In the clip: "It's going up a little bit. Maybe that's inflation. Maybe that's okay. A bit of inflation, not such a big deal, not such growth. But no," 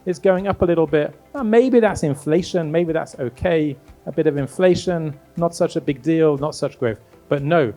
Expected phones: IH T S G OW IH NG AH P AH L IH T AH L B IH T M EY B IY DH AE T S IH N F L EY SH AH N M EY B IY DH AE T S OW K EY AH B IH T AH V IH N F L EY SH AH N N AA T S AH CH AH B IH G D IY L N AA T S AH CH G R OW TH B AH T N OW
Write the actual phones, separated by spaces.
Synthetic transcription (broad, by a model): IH T S G OW IH NG AH P AH L IH T L B IH T M EY B IY DH AE T S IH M F L EY SH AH N M EY B IY DH AE T S OW K EY AH B IH T AH V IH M F L EY SH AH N N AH T S AH CH AH B IH G D IY L N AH T S AH CH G R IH F B AH T N OW